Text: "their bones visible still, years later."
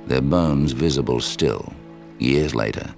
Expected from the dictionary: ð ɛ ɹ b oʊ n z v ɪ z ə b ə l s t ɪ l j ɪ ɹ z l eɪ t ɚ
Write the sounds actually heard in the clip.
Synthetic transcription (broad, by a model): ð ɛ ɹ b oʊ n z v ɪ z ə b ə l s t ɪ l j ɪ ɹ z l eɪ t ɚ